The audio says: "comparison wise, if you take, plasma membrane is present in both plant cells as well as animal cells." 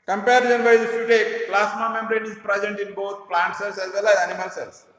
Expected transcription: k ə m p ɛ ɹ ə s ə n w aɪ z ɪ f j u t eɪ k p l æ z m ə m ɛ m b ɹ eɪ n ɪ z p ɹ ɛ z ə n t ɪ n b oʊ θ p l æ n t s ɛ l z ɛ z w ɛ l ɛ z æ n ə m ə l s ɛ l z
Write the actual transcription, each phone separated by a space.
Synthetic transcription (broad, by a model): k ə m p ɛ ɹ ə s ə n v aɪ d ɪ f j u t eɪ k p l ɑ s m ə m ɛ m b ɹ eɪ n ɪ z p ɹ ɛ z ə n t ɪ n b oʊ t p l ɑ n t s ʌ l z ɛ z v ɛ l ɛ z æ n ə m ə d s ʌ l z